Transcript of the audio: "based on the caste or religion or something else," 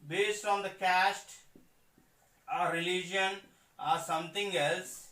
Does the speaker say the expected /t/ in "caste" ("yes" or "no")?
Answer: yes